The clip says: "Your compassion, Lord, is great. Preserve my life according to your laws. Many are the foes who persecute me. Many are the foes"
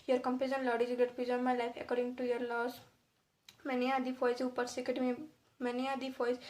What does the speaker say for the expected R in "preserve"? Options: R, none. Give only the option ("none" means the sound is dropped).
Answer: none